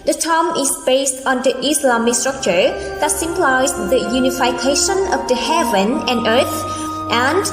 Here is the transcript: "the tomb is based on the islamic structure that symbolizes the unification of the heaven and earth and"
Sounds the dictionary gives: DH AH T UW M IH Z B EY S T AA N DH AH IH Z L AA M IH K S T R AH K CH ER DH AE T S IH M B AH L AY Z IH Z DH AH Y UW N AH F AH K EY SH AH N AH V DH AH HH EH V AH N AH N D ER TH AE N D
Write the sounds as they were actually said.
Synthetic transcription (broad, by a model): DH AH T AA M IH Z B EY S T AA N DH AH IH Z L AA M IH K S T R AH K CH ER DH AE T S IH M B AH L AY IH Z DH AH Y UW N AH F AH K EY SH AH N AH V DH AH HH EH V AH N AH N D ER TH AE N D